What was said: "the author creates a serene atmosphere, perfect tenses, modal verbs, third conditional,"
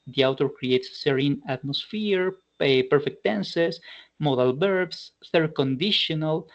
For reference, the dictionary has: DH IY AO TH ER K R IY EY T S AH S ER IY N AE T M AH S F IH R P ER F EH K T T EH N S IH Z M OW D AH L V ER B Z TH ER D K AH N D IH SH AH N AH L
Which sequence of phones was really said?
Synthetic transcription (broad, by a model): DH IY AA T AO K R IY EY T S AH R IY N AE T M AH S F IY R P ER F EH K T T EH N S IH S M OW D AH L B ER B S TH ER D K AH N D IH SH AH N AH L